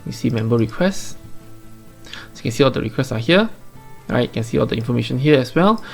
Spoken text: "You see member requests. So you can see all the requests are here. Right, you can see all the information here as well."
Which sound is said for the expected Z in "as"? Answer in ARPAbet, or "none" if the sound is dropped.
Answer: S